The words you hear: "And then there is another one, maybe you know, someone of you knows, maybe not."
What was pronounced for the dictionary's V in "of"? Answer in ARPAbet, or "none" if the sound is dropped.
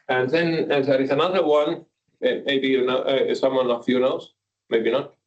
F